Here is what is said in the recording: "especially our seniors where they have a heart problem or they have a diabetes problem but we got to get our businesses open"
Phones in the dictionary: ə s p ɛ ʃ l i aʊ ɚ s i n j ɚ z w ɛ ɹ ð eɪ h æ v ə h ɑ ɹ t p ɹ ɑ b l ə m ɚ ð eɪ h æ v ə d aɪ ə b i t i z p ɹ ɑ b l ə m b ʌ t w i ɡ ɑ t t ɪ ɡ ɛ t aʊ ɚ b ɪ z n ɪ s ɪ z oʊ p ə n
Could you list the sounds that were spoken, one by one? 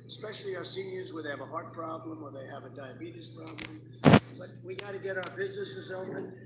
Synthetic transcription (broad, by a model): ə s p ɛ ʃ l i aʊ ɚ s i n j ɚ z w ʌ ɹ ð eɪ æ v ə h ɑ ɹ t p ɹ ɑ b l ə m ɚ ð eɪ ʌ v ə d aɪ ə b i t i s p ɹ ɑ b l ə m b ʌ t w i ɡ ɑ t t ɪ ɡ ɛ t aʊ ɚ b ɪ z n ɪ s ɪ z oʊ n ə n